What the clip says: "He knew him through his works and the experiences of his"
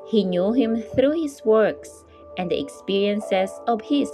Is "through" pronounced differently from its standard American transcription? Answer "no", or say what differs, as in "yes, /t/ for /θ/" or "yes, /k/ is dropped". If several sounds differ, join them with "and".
no